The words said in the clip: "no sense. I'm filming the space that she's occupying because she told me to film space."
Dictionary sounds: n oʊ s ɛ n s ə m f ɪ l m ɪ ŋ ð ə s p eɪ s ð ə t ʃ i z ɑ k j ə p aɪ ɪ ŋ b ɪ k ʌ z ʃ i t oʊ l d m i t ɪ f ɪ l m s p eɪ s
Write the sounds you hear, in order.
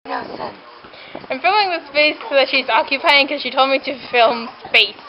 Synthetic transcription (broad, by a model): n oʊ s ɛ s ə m f ɪ l m ɪ ŋ ð ə s p eɪ s ð ə t ʃ i z ɑ k j ə p aɪ ɪ ŋ k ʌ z ʃ i t oʊ l d m i t ɪ f ɪ l m s p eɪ s